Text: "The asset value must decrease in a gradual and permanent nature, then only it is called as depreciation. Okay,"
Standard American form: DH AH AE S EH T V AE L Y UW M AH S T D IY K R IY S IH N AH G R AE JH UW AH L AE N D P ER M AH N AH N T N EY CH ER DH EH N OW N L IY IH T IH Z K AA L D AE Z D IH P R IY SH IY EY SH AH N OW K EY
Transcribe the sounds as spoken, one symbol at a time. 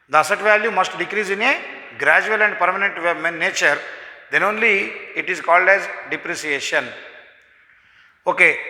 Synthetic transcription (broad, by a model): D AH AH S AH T V AE L Y UW M AH S T D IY K R IY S IH N AH G R AE JH UW AH L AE N D P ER M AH N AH N T N EY CH ER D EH N OW N L IY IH T IH Z K AA L D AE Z D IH P R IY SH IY EY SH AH N OW K EY